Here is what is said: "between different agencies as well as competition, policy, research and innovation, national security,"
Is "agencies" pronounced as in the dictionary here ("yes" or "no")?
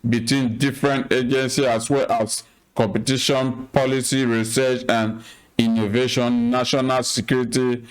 no